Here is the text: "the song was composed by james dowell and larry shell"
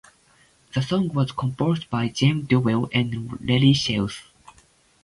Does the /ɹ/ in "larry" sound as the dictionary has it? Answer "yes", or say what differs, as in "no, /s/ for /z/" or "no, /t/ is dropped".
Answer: no, /l/ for /ɹ/